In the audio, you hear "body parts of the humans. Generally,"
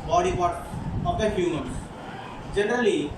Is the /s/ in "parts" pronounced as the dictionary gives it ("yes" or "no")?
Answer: no